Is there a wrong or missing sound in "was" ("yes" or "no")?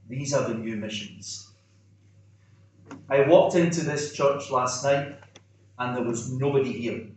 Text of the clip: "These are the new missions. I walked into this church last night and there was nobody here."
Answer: no